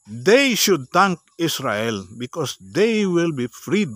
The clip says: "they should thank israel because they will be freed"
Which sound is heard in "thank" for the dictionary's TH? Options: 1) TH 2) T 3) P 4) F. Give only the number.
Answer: 2